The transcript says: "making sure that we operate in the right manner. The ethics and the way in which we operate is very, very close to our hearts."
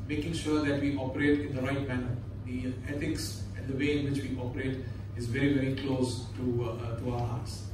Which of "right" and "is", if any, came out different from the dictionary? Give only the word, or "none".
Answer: none